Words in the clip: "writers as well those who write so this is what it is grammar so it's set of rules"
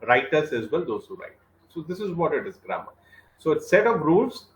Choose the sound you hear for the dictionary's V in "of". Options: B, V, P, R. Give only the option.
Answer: P